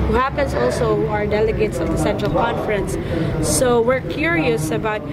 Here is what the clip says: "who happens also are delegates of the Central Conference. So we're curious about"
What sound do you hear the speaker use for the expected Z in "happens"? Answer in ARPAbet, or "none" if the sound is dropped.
S